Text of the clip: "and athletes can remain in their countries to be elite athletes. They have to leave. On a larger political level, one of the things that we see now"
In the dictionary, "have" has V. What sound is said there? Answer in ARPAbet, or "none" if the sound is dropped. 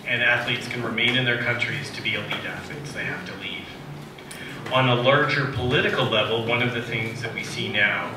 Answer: F